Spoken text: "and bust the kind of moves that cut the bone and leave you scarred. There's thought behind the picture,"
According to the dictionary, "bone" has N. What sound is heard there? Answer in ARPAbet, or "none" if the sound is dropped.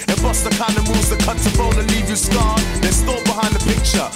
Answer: L